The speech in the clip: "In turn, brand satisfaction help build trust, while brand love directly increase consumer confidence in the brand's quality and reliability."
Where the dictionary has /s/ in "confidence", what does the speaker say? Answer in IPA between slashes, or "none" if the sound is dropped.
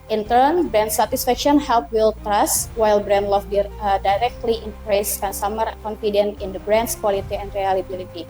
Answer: none